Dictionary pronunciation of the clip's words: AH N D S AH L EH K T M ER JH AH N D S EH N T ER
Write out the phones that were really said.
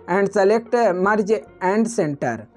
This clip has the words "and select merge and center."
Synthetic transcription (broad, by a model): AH N D S AH L EH K T M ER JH AH N D S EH N T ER